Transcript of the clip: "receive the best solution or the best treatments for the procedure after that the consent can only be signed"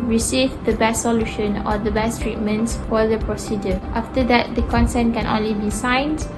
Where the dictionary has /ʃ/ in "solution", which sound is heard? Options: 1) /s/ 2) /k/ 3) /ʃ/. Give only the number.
3